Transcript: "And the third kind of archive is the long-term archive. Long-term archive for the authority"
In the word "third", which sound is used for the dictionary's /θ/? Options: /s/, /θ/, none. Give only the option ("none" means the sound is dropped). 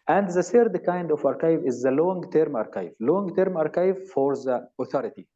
/s/